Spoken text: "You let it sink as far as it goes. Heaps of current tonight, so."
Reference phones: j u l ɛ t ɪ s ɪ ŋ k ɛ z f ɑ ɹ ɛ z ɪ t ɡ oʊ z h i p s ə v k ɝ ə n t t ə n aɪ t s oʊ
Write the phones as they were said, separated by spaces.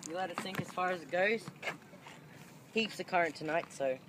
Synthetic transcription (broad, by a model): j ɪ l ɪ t ɪ θ ɪ ŋ k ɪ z f ɑ ɹ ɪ z ɪ t ɡ oʊ z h i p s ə k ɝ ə n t t ə n aɪ t s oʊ